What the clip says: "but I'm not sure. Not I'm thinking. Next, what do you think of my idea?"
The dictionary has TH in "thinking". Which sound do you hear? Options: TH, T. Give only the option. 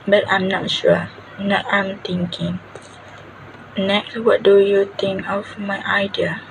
T